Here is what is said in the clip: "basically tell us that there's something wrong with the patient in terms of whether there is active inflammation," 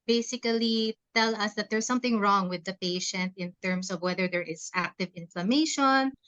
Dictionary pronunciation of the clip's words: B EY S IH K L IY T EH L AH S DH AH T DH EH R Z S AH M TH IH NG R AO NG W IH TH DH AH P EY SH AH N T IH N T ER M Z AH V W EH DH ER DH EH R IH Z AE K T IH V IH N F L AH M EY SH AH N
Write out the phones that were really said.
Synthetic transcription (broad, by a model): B EY S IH K L IY T EH L AH S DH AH T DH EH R S AH M TH IH NG R AO NG W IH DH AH P EY SH AH N T IH N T ER M S AH V W EH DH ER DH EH R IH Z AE K T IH V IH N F L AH M EY SH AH N